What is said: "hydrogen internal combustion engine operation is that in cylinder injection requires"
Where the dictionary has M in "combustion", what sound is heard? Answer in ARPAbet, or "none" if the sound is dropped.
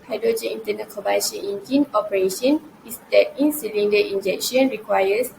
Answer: none